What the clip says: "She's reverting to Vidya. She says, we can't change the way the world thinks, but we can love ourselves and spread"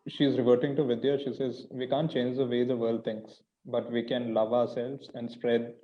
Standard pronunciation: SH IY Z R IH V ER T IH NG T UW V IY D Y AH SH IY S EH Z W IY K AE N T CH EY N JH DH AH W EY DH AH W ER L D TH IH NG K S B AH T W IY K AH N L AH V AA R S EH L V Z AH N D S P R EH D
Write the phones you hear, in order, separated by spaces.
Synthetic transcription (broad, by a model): SH IY Z R IH V ER T IH NG T UW V IY D Y AH SH IY S EH Z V IY K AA N T CH EY N JH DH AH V EY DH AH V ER L D T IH NG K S B AH T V IY K AH N L AH V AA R S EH L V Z AH N D S P R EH D